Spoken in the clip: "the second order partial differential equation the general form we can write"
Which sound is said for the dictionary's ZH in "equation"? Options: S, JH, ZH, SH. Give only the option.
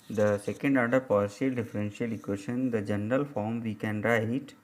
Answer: SH